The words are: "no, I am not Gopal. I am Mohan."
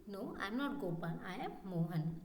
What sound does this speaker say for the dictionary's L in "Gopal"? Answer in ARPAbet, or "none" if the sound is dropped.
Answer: N